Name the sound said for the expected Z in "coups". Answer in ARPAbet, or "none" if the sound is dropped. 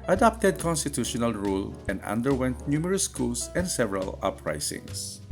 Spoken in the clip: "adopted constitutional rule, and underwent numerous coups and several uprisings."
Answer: S